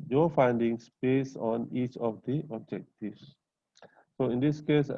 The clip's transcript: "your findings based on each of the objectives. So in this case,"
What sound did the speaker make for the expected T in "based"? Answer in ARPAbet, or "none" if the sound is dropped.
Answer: none